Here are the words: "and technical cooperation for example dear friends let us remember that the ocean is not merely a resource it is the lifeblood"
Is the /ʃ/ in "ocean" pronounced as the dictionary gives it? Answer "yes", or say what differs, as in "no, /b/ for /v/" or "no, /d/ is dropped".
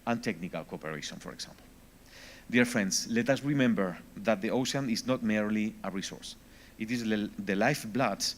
no, /s/ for /ʃ/